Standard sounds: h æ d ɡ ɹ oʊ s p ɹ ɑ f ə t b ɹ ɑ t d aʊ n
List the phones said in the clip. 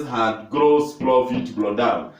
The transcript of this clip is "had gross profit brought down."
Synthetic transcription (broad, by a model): h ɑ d ɡ ɹ oʊ s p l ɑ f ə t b l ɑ d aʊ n